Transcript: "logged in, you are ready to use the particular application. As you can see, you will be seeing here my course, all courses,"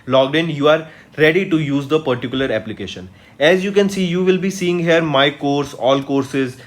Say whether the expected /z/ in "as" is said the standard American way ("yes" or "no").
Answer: yes